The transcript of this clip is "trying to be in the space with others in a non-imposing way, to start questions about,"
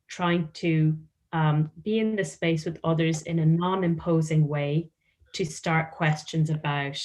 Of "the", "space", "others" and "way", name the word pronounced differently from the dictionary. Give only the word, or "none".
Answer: none